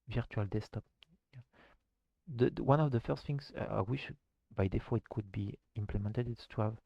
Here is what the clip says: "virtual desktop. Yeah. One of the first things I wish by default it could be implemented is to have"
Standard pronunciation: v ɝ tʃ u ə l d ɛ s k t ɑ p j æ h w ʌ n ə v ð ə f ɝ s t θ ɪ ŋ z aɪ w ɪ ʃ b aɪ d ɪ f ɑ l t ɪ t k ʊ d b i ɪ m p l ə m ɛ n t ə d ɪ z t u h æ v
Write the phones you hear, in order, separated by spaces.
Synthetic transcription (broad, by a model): v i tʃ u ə l d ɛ s t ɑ p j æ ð w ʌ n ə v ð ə f ɝ s t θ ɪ ŋ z aɪ w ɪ ʃ b aɪ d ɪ f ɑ ɪ t k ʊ d b i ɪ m p l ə m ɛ n t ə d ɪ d t u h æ v